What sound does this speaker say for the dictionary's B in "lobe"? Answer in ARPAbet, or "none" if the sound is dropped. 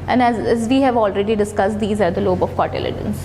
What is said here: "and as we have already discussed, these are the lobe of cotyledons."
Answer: B